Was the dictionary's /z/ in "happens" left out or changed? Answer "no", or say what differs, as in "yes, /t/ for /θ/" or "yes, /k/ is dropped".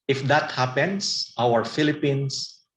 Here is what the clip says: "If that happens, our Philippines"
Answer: yes, /s/ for /z/